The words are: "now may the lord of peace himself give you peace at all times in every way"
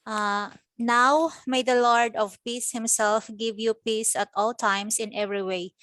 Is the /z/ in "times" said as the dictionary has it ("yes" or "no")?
no